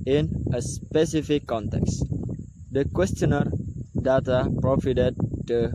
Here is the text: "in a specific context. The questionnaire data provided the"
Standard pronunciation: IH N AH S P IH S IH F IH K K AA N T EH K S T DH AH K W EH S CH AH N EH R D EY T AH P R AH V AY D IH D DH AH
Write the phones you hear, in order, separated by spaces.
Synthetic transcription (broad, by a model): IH N AH S P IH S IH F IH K K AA N T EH K S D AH K W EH S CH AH N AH R D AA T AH P R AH F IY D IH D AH